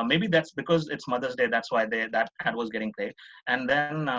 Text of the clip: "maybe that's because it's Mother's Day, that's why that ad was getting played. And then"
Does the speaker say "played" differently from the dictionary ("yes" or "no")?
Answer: yes